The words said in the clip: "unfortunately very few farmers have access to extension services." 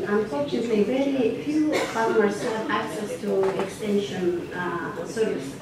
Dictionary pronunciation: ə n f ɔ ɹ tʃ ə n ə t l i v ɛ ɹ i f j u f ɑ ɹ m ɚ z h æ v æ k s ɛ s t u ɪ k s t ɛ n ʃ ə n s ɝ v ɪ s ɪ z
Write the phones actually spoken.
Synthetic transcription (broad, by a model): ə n f ɔ ɹ tʃ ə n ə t l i v ɛ ɹ i f j u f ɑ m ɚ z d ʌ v æ k s ɛ s t u ɪ k s t ɛ n ʃ ə n s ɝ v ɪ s